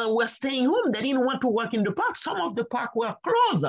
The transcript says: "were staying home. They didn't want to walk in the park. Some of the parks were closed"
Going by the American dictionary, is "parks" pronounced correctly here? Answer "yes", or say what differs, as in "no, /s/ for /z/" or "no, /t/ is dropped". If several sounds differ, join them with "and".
no, /s/ is dropped